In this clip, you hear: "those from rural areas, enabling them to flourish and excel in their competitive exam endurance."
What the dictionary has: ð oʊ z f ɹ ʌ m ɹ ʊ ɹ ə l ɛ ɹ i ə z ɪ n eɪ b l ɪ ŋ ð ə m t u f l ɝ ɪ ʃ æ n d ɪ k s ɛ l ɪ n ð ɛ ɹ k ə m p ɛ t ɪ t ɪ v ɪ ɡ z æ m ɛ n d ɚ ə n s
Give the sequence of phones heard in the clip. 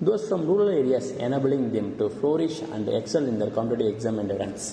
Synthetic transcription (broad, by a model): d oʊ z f ɹ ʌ m ɹ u ɹ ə l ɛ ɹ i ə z ɪ n eɪ b l ɪ ŋ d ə m t u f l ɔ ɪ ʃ æ n d ɪ k s ɛ l ɪ n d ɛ ɹ k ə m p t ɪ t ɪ ɪ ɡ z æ m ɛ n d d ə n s